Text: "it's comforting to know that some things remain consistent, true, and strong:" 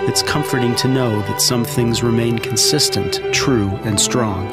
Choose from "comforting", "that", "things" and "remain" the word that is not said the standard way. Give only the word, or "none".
none